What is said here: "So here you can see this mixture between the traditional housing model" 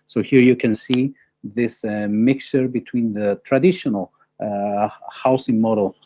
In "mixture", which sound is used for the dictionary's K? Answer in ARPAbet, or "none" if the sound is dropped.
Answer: K